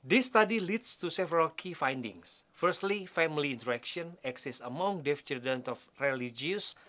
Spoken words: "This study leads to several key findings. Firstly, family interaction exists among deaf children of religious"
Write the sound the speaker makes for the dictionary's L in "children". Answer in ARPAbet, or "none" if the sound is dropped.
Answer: none